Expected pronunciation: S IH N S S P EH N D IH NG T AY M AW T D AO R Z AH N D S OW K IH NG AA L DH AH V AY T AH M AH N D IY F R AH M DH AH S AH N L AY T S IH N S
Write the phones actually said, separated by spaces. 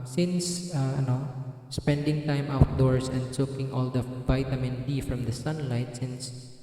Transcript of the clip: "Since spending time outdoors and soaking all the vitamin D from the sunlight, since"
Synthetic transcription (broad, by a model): S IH N S S P EH N D IH NG T AY M AW T D AO R S AH N D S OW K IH NG AA L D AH V AY T AH M AH N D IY F R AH M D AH S AH N L AY T S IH N S